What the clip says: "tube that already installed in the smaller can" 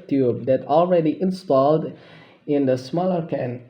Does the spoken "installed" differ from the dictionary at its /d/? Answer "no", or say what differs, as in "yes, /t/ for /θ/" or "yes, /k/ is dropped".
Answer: no